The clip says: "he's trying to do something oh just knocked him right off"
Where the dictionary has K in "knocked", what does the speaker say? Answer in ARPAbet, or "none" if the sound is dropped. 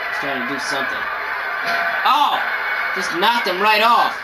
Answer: none